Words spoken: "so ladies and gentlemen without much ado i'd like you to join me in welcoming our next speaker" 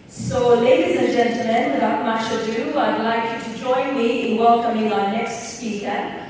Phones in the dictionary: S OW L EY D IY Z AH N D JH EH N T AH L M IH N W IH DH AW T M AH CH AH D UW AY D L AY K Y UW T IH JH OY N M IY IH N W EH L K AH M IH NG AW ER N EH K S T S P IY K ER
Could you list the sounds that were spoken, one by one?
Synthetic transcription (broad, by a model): S OW L EY D IY Z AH N JH EH N T L M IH N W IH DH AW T M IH SH AH D UW AY D L AY K Y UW T IH JH OY N M IY IH N W EH L K AH M IH NG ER N EH K S T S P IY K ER